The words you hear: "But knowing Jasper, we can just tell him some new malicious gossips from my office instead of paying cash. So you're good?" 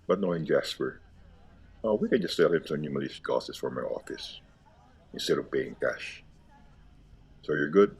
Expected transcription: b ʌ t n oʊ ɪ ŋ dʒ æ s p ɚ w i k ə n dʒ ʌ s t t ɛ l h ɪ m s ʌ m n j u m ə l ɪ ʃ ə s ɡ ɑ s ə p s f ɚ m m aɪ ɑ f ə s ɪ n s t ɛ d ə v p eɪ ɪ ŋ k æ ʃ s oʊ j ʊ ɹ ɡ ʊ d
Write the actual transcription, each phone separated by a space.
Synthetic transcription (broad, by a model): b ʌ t n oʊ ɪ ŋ dʒ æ s p ɚ w i k ə n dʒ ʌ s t s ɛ l h ɪ m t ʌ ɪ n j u m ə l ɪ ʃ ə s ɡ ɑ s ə s f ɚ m m aɪ ɑ f ə s ɪ n s t ɛ d ə v b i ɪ ŋ k æ ʃ s oʊ j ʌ ɹ ɡ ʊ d